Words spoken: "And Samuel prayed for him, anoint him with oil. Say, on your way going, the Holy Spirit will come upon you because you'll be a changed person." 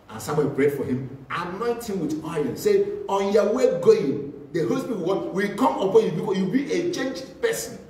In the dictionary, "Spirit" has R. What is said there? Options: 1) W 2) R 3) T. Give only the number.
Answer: 1